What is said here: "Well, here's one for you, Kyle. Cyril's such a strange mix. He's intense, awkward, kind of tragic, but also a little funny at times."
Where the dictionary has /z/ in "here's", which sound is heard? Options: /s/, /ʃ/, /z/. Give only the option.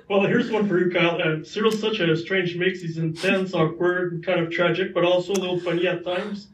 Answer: /z/